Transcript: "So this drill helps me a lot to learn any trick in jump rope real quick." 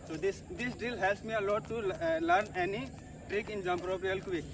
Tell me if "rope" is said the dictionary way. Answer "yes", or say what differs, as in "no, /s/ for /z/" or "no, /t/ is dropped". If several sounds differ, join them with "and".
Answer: yes